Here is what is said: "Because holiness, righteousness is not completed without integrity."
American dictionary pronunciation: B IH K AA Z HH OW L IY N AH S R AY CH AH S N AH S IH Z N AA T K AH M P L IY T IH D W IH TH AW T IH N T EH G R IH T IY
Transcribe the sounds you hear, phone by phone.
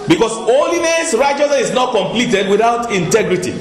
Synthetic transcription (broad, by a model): B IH K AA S OW L IY N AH S R AY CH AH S AH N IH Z N AA T K AH M P L IY T IH D W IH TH AW T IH N T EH G R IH T IY